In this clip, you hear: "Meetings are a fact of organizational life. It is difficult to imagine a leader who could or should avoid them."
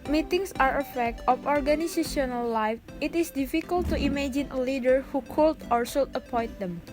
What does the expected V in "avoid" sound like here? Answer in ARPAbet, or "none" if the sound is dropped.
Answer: P